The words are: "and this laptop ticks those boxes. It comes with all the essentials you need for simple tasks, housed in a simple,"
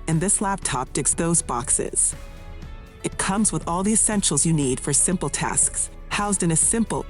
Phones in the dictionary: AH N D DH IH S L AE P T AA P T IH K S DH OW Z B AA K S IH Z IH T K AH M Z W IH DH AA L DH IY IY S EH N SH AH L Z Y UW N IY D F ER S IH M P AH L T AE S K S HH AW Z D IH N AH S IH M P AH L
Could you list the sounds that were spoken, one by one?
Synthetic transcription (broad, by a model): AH N DH IH S L AE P T AA P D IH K S DH OW Z B AA K S IH Z IH T K AH M Z W IH DH AA L DH IY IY S EH N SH L Z Y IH N IY D F ER S IH M P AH L T AE S K S HH AW Z D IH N AH S IH M P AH L